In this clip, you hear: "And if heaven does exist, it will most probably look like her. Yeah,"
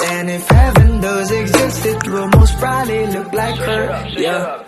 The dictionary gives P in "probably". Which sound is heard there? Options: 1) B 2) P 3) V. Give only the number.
1